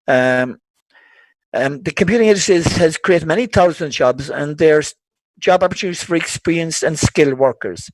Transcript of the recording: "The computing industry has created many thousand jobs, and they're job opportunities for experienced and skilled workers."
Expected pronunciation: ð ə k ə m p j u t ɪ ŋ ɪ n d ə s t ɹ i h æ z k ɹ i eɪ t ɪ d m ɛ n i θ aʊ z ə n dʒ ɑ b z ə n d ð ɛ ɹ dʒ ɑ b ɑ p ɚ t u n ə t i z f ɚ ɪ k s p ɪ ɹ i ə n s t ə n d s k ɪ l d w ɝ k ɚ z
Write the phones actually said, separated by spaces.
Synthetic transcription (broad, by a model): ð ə k ə m p j u t ɪ ŋ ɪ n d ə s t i h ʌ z k ɹ i eɪ t ɪ d m ɛ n i θ aʊ z ə n dʒ ɑ b z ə n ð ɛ ɹ dʒ ɑ b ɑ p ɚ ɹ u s f ɚ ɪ k s p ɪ ɹ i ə n s ə n s k ɪ l w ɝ k ɚ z